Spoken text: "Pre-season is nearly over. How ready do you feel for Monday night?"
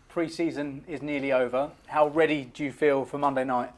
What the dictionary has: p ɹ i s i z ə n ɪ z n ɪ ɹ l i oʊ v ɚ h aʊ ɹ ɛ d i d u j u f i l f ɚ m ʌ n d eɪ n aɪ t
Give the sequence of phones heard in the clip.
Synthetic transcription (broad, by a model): p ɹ i s i z ə n ɪ z n ɪ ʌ l i oʊ v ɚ h aʊ ɹ ɛ d i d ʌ j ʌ f i l f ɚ m ʌ n d eɪ n aɪ t